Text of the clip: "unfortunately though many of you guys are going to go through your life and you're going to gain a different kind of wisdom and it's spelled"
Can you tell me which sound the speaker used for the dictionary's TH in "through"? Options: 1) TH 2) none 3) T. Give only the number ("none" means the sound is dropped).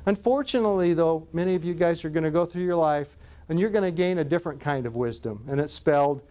1